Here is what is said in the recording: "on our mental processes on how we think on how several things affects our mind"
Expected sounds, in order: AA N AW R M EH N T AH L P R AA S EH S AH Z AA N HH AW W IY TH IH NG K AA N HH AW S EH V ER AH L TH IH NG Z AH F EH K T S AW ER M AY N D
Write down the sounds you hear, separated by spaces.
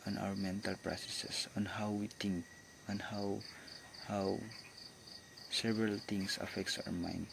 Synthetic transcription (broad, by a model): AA N AW R M EH N T AH L P R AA S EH S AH S AA N HH AW W IY T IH NG K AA N HH AW S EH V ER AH L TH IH NG S AH F EH K T S AW ER M AY N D